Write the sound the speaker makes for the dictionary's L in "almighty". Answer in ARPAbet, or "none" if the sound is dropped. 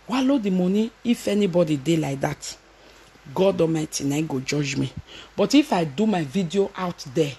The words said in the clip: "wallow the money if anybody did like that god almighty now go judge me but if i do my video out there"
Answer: none